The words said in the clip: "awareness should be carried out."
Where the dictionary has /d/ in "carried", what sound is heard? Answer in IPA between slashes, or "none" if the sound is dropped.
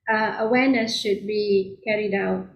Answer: /d/